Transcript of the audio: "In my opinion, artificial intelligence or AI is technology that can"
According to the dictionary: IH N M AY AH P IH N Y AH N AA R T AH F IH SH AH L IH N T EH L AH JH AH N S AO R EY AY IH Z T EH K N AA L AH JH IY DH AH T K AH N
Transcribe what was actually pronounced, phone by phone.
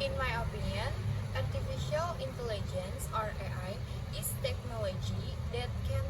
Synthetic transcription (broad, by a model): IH N M AY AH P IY N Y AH N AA R T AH F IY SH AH L IH N T EH L AH JH AH N S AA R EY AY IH S T EH K N AA L AH JH IY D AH T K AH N